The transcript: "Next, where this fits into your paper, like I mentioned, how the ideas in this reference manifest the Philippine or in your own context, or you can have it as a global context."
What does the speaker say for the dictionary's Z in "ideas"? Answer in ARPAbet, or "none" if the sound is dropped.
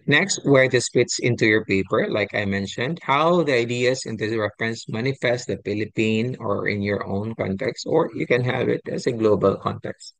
S